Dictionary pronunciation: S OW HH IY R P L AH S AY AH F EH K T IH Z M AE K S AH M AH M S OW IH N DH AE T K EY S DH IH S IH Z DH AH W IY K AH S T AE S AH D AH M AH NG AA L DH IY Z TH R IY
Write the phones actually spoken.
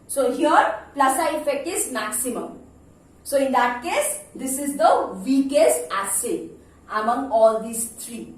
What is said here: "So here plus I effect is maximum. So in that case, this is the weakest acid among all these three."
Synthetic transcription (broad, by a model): S OW HH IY R P L AH S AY AH F EH K T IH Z M AE K S AH M AH M S OW IH N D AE T K EY S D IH S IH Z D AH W IY K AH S AE S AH AH M AH NG AA L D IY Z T R IY